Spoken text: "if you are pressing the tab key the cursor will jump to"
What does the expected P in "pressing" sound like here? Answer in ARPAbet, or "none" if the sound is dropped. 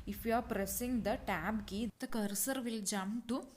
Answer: P